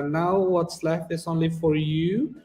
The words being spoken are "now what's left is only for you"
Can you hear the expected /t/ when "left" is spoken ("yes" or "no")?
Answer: no